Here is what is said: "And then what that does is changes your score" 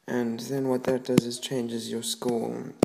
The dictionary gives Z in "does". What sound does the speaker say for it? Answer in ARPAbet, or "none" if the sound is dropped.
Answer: Z